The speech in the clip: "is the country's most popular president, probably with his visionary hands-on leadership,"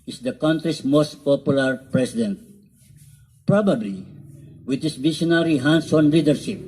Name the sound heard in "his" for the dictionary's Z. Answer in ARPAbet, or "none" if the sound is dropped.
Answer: S